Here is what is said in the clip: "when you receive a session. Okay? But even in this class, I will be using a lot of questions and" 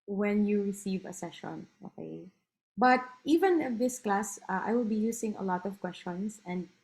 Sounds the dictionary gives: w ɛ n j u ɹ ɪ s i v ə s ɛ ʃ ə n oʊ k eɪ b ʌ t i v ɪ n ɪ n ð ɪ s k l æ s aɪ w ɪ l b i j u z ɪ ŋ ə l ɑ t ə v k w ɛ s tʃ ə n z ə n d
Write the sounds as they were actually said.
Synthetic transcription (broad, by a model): w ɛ n j u ɹ ɪ s i v ə s ɛ ʃ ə n oʊ k eɪ b ʌ t i v ɪ n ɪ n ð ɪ s k l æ s aɪ w ɪ l b i j u s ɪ ŋ ə l ɑ t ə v k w ɛ s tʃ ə n s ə n d